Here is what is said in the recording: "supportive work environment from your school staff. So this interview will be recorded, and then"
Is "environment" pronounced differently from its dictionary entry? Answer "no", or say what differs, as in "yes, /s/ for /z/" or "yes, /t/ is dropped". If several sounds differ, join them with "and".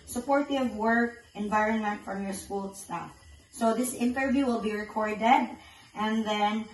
no